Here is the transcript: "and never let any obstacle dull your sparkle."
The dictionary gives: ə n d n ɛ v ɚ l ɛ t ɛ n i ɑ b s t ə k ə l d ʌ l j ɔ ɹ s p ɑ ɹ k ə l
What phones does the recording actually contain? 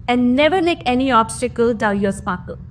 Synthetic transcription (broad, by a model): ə n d n ɛ v ɚ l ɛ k ɛ n i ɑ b s t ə k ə l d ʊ n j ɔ s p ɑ k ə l